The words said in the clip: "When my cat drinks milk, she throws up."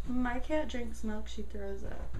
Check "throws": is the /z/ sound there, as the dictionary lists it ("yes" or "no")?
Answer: yes